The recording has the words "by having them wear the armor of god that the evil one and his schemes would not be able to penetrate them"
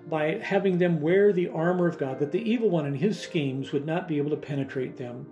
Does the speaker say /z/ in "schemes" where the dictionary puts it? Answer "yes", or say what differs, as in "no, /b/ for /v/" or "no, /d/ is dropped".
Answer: yes